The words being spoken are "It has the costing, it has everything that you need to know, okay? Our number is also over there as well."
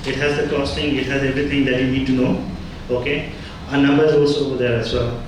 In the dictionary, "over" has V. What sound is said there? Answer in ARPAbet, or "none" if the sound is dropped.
B